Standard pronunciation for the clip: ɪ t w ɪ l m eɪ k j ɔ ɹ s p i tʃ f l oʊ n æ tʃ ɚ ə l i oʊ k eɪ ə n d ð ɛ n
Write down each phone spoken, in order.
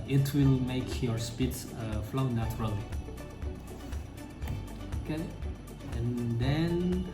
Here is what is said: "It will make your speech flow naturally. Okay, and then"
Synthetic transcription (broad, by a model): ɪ t w ɪ l m eɪ k j ɔ ɹ s p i s f l oʊ n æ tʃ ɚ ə l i oʊ k eɪ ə n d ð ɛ n